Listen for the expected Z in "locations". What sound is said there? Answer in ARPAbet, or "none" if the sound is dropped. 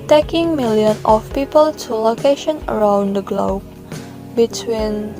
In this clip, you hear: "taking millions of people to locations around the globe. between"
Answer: none